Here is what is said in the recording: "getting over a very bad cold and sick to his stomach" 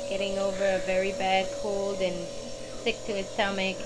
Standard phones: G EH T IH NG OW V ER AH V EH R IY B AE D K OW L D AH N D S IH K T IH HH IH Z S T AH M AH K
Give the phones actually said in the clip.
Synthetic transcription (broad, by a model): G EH T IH NG OW V ER AH V EH R IY B AE D K OW L D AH N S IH K T IH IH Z S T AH M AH K